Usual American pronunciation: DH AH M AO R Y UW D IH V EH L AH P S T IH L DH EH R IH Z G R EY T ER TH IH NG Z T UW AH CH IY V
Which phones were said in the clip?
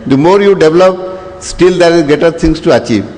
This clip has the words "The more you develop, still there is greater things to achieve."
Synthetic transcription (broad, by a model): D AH M AO R Y UW D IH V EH L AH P S T IH L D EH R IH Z G EY T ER T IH NG S T UW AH CH IY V